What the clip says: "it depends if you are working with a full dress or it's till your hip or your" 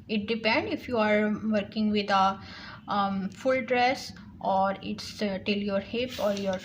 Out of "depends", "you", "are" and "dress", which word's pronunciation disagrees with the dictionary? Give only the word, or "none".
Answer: depends